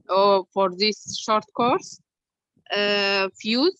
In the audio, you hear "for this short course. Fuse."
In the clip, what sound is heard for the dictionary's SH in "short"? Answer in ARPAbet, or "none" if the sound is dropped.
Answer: SH